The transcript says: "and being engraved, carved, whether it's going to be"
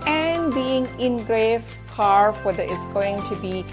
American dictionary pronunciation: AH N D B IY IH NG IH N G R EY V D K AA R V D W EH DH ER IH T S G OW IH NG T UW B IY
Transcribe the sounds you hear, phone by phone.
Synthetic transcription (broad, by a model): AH N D B IY IH NG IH N G R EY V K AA R F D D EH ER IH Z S G OW IH NG T UW B IY